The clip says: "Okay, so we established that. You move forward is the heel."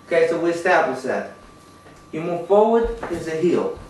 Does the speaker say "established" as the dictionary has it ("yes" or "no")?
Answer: no